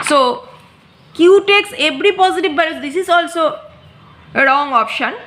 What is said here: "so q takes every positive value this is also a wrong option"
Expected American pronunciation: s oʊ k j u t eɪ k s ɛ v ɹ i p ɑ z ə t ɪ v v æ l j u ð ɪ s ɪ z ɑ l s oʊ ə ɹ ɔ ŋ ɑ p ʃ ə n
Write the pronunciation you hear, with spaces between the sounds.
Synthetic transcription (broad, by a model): s oʊ k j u t eɪ k s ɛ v ɹ i p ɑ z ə t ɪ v b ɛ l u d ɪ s ɪ z ɑ l s oʊ ə ɹ ɔ ŋ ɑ p ʃ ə n